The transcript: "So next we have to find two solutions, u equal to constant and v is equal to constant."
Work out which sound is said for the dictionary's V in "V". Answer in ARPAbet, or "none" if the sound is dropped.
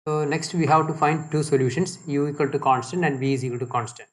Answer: B